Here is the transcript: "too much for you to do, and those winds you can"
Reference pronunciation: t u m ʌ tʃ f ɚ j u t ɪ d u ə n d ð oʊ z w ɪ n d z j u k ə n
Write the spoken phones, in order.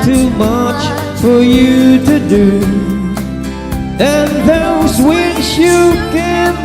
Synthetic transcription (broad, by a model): t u m ʌ tʃ f ɚ j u t ɪ d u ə n ð oʊ z w ɪ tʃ j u k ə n